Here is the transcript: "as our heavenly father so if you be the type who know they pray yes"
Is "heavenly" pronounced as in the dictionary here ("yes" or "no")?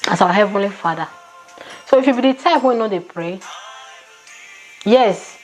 yes